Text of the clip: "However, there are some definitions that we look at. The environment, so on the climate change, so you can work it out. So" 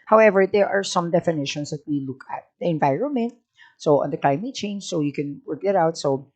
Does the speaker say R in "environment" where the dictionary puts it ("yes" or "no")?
yes